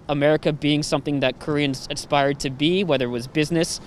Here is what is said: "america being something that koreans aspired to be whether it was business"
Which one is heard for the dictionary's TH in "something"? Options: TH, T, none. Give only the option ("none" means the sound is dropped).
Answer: TH